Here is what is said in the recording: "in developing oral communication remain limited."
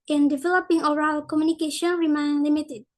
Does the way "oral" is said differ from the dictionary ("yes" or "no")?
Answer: no